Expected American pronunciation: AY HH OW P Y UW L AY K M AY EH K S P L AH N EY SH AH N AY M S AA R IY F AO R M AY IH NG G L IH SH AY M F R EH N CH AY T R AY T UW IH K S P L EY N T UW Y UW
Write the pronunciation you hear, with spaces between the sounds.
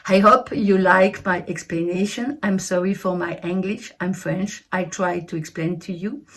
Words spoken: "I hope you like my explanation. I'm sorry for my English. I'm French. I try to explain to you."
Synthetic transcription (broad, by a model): AY HH OW P Y UW L AY K M AY EH K S P L AH N EY SH AH N AY M S AA R IY F AO R M AY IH NG G L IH SH AY M F R EH N CH AY T R AY T UW IH K S P L EY N T UW Y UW